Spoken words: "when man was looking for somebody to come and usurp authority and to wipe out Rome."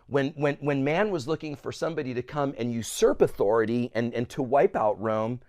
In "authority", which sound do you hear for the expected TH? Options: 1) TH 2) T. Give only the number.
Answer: 1